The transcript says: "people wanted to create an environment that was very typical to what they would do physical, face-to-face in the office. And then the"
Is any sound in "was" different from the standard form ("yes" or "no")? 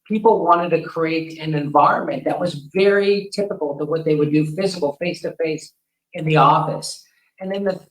no